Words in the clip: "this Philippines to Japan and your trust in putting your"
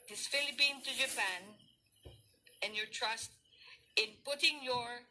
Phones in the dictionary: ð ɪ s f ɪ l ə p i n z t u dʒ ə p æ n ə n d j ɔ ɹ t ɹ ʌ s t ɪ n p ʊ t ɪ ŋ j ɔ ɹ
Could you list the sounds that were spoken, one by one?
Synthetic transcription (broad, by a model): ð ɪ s f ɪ l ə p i n t u dʒ ə p æ n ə n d j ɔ ɹ t ɹ ʌ s t ɪ n p ʊ t ɪ ŋ j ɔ ɹ